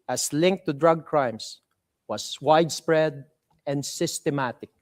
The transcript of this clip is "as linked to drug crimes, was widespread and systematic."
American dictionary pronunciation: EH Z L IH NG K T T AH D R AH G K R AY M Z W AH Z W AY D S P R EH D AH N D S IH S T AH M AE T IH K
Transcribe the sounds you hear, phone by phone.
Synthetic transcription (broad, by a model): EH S L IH NG K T T AH D R AH G K R AY M S W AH S W AY D S P R EH D AH N D S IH S T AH M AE T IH K